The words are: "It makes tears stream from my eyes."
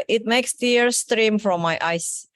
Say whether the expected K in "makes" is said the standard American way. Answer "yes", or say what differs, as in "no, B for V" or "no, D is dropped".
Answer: yes